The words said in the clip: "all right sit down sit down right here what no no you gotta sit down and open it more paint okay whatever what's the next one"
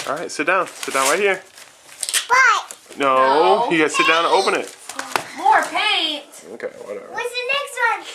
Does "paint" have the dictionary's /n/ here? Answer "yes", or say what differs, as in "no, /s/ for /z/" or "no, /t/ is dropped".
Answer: no, /n/ is dropped